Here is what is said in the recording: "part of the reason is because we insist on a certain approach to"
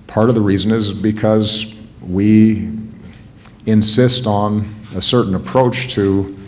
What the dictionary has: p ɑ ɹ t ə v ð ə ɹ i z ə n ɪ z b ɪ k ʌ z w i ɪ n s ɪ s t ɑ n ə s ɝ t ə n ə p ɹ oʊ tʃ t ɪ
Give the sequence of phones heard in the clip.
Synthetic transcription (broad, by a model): p ɑ ɹ t ə v ð ə ɹ i z ə n ɪ z b ɪ k ʌ z w i ɪ n s ɪ s t n ə s ɝ t n ə p ɹ oʊ tʃ t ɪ